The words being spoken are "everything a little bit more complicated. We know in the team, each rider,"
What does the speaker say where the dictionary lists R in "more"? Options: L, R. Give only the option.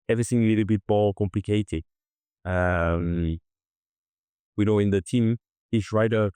L